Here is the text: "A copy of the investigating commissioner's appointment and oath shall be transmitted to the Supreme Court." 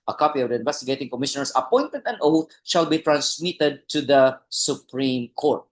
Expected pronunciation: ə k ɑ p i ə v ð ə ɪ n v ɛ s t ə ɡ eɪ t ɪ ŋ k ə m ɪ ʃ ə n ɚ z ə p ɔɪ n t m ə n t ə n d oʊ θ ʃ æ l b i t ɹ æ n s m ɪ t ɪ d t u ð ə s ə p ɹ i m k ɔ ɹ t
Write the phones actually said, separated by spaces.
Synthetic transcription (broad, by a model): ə k ɑ p i ə v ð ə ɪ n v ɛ s t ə ɡ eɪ t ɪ ŋ k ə m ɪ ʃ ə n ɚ s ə p ɔɪ n t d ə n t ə l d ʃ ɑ l b i t ɹ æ n s m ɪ t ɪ d t u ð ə s ə p ɹ i m k ɔ ɹ t